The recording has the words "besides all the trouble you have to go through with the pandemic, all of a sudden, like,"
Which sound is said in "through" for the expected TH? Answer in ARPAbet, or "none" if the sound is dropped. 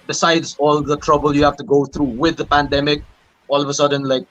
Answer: T